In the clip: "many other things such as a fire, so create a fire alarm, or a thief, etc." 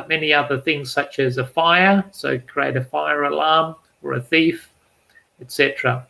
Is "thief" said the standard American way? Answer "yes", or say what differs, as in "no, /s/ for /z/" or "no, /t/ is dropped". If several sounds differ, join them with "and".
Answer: yes